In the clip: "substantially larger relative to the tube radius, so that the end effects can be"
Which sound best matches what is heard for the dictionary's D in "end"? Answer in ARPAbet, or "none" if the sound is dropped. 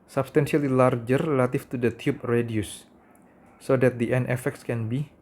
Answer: none